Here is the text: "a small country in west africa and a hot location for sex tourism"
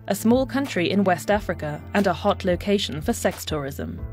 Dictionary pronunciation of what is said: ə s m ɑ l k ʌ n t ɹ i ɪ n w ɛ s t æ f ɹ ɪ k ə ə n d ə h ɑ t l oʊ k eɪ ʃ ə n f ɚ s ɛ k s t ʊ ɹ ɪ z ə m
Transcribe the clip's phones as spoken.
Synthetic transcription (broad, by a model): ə s m ɑ l k ʌ n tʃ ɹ i ɪ n w ɛ s t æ f ɹ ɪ k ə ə n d ə h ɑ t l oʊ k eɪ ʃ ə n f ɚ s ɛ k s t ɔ ɹ ɪ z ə m